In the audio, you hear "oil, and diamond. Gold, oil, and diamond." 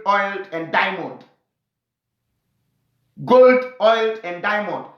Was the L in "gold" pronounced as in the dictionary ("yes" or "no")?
yes